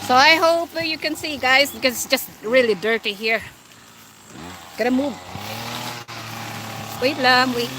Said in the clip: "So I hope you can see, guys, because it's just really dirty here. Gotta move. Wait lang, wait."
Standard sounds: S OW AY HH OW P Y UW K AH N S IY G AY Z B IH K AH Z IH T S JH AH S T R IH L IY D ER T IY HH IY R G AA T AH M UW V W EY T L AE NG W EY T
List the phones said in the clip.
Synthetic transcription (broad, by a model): S OW AY HH OW P Y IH K AH N S IY G AY Z B IH K AH Z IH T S JH AH S T R IH L IY D ER T IY HH IY R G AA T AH M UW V W EY T L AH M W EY